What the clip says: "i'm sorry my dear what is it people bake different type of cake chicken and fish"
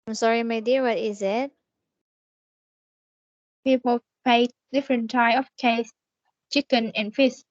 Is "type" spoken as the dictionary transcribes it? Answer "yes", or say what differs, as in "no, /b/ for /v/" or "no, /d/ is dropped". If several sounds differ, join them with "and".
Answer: no, /p/ is dropped